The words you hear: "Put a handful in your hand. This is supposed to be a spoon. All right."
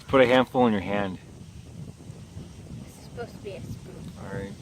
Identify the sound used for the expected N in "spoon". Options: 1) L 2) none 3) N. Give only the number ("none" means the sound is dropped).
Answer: 2